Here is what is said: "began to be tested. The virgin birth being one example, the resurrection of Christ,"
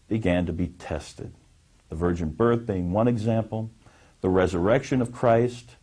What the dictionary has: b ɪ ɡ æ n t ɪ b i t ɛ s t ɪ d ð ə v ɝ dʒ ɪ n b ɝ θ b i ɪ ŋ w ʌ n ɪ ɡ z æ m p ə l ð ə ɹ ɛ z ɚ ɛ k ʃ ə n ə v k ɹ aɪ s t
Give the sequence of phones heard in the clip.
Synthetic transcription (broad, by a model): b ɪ ɡ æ n t ɪ b i t ɛ s t ɪ d ð ə v ɝ dʒ ɪ n b ɝ θ b i ɪ ŋ w ʌ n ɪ ɡ z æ m p l ð ə ɹ ɛ z ɚ ɛ k ʃ ə n ə v k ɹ aɪ s t